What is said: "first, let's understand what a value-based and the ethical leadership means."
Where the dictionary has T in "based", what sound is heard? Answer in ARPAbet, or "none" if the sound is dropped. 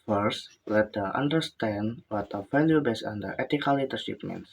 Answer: none